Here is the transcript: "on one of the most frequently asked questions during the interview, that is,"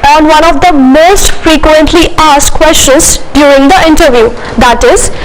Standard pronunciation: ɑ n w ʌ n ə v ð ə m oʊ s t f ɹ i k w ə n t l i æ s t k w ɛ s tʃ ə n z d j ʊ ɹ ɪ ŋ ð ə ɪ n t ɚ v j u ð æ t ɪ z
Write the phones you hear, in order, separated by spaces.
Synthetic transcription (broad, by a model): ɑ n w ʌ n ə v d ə m oʊ s t f ɹ i k w ə n t l i æ s t k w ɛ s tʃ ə n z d j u ɹ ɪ ŋ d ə ɪ n t ɚ v j u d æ t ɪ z